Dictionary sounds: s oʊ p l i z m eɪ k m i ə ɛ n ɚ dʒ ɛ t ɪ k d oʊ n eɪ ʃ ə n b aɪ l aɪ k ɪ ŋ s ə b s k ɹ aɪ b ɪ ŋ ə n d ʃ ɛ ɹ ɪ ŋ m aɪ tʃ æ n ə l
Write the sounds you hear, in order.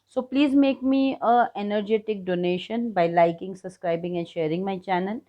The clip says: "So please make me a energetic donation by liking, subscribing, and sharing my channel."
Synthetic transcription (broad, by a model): s oʊ p l i z m eɪ k m i ə ɛ n ɚ dʒ ɛ t ɪ k d oʊ n eɪ ʃ ə n b aɪ l aɪ k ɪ ŋ s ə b s k ɹ aɪ b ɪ ŋ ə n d ʃ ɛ ɹ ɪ ŋ m aɪ tʃ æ n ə l